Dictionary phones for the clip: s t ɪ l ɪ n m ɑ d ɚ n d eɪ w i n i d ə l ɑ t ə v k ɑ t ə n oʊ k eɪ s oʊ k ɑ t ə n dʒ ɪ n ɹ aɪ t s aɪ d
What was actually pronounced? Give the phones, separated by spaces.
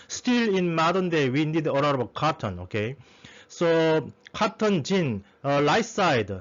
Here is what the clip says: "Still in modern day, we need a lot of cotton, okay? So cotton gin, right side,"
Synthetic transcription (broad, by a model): s t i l ɪ n m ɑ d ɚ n d eɪ w i n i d ə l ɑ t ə b k ɑ t ə n oʊ k eɪ s oʊ k ɑ t ə n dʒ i n l aɪ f s aɪ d